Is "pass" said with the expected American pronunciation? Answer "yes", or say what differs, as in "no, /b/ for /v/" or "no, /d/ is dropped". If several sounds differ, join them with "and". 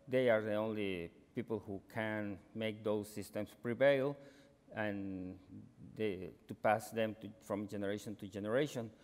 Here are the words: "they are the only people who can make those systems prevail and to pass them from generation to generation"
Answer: yes